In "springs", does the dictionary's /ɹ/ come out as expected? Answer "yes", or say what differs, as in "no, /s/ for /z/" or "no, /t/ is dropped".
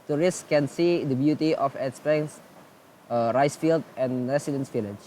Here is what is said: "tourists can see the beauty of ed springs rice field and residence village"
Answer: no, /ɹ/ is dropped